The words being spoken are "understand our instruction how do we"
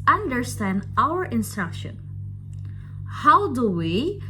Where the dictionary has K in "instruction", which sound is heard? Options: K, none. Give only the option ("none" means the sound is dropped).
K